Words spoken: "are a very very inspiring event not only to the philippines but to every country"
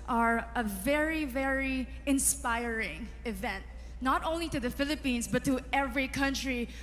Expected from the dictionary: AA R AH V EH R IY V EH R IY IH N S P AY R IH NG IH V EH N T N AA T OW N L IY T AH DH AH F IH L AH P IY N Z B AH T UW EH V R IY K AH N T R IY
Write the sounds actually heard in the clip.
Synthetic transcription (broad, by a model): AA R AH V EH R IY V EH R IY IH N S P AY R IH NG IH V EH N T N AA T OW N L IY T AH DH AH F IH L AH P IY N S B AH T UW EH V R IY K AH N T R IY